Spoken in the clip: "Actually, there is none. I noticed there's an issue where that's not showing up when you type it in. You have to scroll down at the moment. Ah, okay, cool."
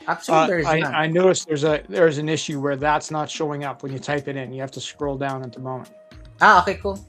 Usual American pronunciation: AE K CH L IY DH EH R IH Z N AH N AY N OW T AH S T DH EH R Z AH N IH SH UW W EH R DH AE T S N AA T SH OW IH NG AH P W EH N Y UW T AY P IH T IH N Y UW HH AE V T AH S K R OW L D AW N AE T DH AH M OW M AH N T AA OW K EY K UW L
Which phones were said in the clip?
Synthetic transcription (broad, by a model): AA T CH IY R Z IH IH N AY N OW T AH S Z DH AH R Z AH N IH SH UW W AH R DH AE T S N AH T SH OW IH NG AH P W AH N Y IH T AY P IH T IH N Y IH HH AE F T AH S K R OW L D AW N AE T DH AH M OW M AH N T AA OW K EY K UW L